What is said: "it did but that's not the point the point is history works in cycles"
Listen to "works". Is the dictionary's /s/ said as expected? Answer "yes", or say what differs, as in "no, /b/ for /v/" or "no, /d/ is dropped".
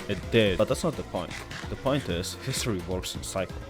yes